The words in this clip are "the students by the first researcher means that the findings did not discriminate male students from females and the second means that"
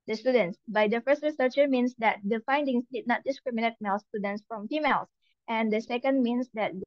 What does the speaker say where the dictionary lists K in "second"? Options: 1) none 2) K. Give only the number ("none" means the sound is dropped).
2